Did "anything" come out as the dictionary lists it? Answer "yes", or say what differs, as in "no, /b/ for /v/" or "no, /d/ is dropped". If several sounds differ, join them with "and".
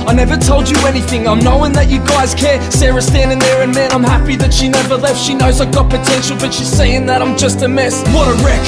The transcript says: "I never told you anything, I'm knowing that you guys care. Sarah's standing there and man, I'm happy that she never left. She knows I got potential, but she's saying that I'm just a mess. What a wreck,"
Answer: yes